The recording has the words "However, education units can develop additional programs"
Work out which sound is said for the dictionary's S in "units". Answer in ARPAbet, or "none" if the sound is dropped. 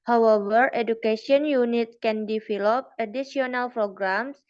none